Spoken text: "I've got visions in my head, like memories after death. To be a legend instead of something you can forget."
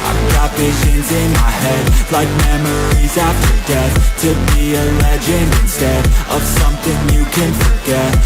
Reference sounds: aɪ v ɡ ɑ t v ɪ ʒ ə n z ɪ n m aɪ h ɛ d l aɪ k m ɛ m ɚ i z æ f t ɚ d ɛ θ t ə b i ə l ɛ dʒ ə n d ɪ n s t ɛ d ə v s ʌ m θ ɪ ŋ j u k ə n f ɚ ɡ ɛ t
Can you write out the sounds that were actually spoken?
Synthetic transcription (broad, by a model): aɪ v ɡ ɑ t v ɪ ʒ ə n z ɪ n m aɪ h ɛ d l aɪ k m ɛ m ɚ i z æ f t ɚ d ɛ θ t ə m i ə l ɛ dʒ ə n ɪ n s t ɛ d ə v s ʌ m θ ɪ ŋ j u k ə n f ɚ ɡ ɛ t